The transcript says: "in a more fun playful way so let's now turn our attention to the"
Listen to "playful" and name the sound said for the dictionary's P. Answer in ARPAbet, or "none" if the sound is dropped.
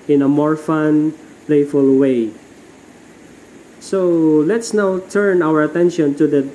P